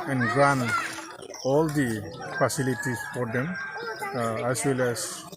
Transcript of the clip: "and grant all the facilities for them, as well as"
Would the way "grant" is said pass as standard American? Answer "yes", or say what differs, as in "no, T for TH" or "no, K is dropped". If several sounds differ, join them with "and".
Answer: no, T is dropped